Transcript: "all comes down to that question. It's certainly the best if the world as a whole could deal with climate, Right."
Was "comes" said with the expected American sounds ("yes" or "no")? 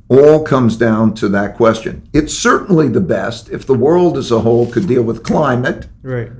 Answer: yes